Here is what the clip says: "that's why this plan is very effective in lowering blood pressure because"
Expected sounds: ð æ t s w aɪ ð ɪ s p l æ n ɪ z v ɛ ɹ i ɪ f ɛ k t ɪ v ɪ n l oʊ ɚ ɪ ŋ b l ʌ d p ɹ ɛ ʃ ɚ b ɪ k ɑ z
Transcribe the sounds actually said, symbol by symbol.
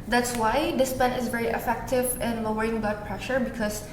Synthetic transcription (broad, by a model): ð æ t s w aɪ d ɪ s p ɛ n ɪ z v ɛ ɹ i ɪ f ɛ k t ɪ v ɪ n l oʊ ɚ ɪ ŋ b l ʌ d p ɹ ɛ ʃ ɚ b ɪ k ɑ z